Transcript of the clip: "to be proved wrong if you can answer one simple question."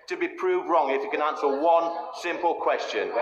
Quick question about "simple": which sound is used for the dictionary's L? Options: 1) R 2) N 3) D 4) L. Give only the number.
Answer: 4